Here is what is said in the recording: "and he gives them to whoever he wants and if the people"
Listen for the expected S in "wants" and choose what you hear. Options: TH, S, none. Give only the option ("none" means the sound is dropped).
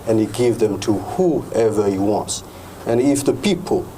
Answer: S